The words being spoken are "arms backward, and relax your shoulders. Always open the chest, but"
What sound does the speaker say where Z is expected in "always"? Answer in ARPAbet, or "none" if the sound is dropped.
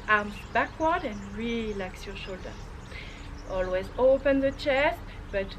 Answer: Z